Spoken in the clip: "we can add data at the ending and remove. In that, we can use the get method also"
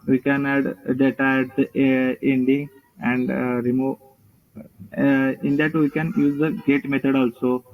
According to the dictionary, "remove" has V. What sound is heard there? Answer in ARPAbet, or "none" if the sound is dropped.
none